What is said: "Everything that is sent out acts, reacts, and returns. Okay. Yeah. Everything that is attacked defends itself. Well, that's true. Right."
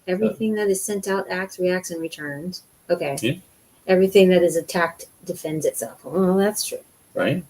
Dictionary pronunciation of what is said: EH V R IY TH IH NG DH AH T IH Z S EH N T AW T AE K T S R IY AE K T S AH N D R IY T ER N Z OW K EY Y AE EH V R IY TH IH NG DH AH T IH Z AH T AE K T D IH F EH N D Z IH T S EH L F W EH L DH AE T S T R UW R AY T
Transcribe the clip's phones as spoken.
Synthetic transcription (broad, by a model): EH V R IY TH IH NG DH AH T IH Z S EH N T AW T AE K T S R IY AE K T S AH N R IY T ER N Z OW K EY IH EH V R IY TH IH NG DH AH T IH Z AH T AE K T D IH F EH N D Z IH T S EH L F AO DH AE T S T R UW R AY T